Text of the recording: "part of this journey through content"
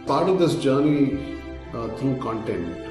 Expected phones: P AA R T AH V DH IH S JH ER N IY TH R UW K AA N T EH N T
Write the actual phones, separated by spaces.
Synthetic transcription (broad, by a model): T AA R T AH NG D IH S JH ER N IY T R UW K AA N T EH N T